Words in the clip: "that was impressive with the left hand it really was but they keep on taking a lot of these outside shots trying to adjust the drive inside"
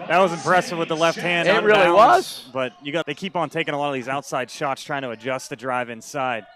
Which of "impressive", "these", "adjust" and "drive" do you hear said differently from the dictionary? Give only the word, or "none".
none